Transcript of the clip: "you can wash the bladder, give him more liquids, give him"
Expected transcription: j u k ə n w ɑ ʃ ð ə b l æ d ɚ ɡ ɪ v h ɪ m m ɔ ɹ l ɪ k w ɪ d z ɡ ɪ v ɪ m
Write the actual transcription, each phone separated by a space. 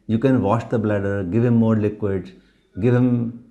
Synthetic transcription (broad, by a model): j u k ə n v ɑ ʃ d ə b l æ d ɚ ɡ ɪ v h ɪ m m ɔ ɹ l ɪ k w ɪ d ɡ ɪ v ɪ m